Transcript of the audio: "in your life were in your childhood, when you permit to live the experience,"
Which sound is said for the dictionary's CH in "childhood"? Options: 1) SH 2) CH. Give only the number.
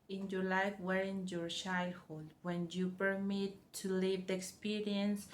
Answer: 1